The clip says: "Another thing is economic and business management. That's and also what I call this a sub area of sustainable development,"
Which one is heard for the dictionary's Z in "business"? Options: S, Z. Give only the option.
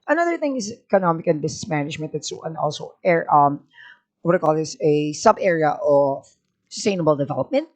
S